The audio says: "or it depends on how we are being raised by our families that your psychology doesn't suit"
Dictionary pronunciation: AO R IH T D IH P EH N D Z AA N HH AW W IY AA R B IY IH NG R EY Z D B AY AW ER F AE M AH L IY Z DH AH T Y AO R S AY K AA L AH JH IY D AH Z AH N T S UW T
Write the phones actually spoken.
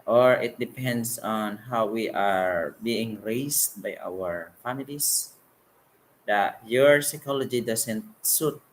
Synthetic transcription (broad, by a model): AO R IH T D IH P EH N D S AA N HH AW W IY AA R B IY IH NG R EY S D B AY AW ER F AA M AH L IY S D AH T Y AO R S AY K AA L AH JH IY D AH S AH N T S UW T